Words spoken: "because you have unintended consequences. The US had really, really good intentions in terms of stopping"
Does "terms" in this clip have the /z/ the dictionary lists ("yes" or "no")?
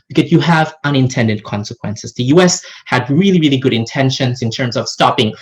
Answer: yes